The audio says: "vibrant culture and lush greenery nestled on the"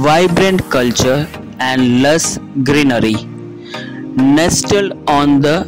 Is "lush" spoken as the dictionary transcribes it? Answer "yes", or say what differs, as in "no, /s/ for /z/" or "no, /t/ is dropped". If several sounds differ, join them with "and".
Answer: no, /s/ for /ʃ/